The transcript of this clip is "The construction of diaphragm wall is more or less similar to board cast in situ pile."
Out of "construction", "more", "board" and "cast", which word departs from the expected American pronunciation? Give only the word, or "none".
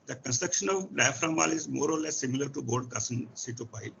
cast